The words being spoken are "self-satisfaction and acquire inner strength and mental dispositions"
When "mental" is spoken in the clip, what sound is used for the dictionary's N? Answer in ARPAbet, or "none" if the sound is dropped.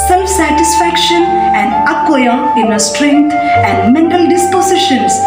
N